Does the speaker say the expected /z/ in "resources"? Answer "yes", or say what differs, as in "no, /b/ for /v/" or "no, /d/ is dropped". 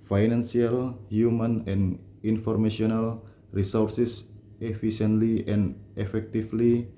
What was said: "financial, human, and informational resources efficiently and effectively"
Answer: no, /s/ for /z/